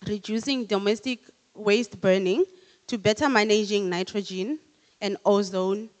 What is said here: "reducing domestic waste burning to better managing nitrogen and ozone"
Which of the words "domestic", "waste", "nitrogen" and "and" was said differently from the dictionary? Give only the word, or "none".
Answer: none